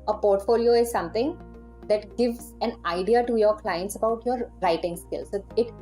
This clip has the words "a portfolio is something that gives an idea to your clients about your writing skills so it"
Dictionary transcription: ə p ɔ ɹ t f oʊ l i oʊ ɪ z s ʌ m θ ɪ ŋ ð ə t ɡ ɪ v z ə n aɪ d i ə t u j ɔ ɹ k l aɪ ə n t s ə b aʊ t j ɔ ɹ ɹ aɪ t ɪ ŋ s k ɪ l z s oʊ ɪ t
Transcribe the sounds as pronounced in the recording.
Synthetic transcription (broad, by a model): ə p ɔ ɹ t f oʊ l i oʊ ɪ z s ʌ m t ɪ ŋ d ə t ɡ ɪ v z ə n aɪ d i ə t u j ɔ ɹ k l aɪ ə n t s ə b aʊ t j ɔ ɹ ɹ aɪ t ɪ ŋ s k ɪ l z s oʊ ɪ t